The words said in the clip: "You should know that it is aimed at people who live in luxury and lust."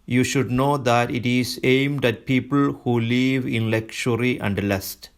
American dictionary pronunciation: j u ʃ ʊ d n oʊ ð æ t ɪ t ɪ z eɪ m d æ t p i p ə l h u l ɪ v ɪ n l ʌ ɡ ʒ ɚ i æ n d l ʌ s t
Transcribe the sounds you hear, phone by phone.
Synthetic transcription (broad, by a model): j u ʃ ʊ d n oʊ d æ t ɪ t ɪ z eɪ m d æ t p i p ə l h u l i v ɪ n l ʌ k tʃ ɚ i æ n d l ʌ s t